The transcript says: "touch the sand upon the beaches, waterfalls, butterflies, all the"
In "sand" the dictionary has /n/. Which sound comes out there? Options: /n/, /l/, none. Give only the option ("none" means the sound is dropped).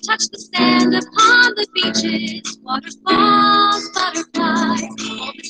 /n/